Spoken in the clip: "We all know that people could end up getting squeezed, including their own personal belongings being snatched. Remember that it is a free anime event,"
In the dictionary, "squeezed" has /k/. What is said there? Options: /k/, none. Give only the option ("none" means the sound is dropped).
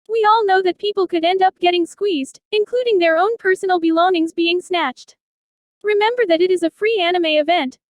/k/